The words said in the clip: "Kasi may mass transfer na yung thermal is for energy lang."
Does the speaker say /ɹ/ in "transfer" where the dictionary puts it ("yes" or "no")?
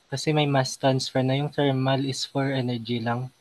no